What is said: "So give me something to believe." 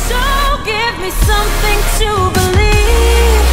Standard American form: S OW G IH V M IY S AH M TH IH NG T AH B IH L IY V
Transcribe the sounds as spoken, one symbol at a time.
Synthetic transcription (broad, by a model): S OW G IH V M IY S AH M TH IH NG T AH B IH L IY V